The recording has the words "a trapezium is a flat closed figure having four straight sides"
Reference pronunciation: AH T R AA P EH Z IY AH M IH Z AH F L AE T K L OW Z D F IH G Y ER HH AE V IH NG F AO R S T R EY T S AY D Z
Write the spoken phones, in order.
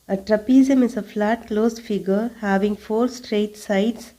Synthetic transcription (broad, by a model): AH T R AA P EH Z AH M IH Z AH F L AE T K L OW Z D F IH G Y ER HH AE V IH NG F AO R S T R EY T S AY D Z